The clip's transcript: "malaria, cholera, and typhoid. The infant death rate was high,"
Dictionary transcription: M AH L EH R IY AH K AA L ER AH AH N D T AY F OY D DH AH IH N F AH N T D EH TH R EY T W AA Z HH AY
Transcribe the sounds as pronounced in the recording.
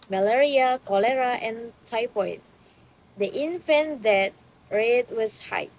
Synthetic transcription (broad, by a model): M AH L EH R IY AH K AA L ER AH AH N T AY P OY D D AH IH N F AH N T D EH T R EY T W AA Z HH AY